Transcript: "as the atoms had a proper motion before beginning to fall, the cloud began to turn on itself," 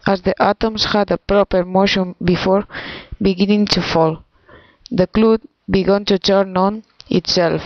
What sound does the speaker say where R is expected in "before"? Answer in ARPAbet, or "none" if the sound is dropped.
R